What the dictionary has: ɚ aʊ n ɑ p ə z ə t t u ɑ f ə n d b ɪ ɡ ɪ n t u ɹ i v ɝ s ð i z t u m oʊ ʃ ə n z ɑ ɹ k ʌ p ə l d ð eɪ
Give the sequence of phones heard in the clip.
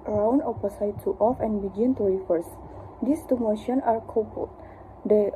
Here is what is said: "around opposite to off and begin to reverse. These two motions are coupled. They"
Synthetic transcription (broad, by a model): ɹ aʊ n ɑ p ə s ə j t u ɑ f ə n b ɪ ɡ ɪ n t u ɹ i f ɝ s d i s t u m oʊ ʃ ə n ɑ ɹ k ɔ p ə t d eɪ